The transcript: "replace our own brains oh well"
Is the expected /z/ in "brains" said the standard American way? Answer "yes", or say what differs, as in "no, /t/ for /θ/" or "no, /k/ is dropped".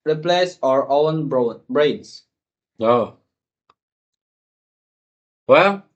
no, /s/ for /z/